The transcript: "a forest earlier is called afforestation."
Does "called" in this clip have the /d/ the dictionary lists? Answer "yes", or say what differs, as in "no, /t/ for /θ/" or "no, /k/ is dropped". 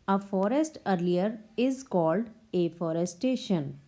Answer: yes